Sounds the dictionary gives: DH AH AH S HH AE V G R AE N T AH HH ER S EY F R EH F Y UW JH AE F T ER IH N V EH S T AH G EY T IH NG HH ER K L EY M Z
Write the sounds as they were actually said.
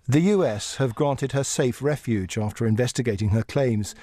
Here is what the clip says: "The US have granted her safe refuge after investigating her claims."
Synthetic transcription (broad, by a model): DH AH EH S HH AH V G R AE N T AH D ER S EY F R EH F Y UW JH AE F T ER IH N V EH S T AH G EY T IH NG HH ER K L EY M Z